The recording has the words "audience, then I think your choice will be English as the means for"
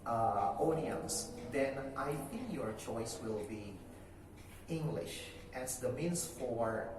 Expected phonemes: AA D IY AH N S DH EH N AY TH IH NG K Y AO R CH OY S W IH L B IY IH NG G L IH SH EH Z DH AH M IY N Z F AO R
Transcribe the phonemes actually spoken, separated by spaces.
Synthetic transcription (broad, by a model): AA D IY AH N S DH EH N AY TH IH NG K Y AO R CH OY S W IH L B IY IH NG G L IH SH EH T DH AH M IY N S F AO R